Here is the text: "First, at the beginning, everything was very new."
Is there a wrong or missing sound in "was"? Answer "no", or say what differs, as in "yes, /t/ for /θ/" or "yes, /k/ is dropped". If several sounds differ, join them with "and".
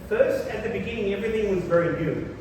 no